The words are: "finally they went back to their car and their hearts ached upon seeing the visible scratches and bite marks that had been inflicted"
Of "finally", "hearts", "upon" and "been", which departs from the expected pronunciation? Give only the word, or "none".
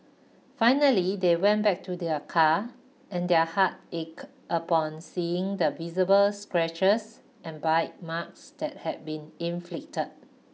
hearts